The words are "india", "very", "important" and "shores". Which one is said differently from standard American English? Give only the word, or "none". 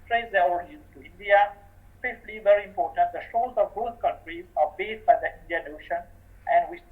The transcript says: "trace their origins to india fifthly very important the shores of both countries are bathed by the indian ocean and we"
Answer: shores